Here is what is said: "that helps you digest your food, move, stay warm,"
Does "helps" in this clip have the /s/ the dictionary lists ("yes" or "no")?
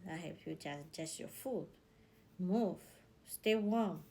no